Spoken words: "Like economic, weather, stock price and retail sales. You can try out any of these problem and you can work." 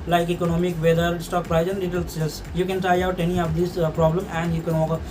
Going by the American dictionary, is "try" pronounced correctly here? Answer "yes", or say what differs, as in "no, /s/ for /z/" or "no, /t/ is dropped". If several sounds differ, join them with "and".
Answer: no, /ɹ/ is dropped